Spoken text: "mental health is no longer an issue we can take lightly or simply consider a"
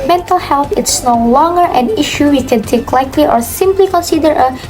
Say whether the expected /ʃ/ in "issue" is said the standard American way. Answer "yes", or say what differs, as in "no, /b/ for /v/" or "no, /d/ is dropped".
yes